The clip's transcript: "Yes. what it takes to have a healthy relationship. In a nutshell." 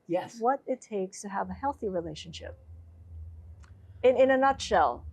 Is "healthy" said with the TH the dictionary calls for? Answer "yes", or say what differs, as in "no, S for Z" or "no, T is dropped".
yes